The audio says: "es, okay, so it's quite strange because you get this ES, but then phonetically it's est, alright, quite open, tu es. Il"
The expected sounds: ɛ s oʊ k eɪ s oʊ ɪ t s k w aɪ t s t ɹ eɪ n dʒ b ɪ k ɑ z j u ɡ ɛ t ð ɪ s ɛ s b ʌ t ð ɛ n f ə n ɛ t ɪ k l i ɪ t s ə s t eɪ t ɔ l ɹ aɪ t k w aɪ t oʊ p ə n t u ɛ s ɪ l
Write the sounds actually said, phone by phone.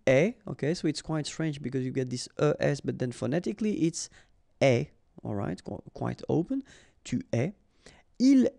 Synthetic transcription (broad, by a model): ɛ oʊ k eɪ s oʊ ɪ t s k w aɪ t s t ɹ eɪ n dʒ b ɪ k ɑ z j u ɡ ɛ t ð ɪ s ɛ s b ʌ t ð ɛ n f ə n ɛ t ɪ k l i t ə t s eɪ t ɔ l ɹ aɪ t k w aɪ t oʊ p ə n t u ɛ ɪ l